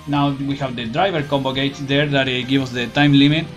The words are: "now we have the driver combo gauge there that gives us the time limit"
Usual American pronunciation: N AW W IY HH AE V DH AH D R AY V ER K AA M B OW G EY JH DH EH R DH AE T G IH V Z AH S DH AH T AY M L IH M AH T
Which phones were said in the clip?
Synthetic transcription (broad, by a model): N AW W IY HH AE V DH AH D R AY V ER K AA M B OW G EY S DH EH R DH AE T G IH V AH S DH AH T AY M L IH M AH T